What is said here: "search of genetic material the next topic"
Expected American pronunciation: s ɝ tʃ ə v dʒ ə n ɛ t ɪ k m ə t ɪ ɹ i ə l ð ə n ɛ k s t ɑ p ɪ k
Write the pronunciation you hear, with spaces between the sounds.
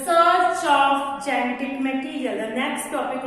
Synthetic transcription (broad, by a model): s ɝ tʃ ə p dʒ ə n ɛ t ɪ k m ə t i ɹ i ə l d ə n ɛ k s t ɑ p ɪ k